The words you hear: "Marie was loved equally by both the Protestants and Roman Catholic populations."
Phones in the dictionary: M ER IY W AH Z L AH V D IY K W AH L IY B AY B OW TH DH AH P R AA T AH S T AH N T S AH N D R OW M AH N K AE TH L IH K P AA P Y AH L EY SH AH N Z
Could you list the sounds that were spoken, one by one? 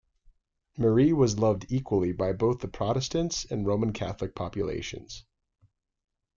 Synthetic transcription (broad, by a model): M ER IY W AH Z L AH V D IY K W AH L IY B AY B OW TH DH AH P R AA T AH S T AH N T S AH N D R OW M AH N K AE TH L IH K P AA P Y AH L EY SH AH N Z